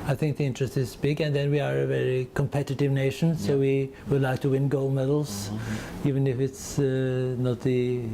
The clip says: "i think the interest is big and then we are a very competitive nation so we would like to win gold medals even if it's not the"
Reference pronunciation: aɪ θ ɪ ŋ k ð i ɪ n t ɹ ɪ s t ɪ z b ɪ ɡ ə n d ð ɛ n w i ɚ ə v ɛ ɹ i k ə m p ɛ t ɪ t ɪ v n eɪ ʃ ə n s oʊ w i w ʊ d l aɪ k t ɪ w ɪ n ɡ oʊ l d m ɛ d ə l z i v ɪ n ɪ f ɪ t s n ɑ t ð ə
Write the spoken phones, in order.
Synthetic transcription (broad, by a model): aɪ θ ɪ ŋ k ð i ɪ n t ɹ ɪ s t ɪ z b ɪ ɡ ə n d ð ɛ n w i ɚ ə v ɛ ɹ i k ə m p ɛ t ɪ t ɪ v n eɪ ʃ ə n s oʊ w i w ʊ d l aɪ k t ɪ w ɪ n ɡ oʊ l m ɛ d l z i v ɪ n ɪ f ɪ t s n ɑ t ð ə